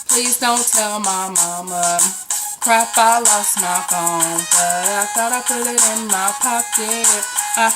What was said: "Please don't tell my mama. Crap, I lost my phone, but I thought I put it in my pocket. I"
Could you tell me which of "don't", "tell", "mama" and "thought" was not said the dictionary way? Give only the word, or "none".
thought